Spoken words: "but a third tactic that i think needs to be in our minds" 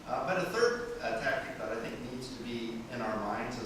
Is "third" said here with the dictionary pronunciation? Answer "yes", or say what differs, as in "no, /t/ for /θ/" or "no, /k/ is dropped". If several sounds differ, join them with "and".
yes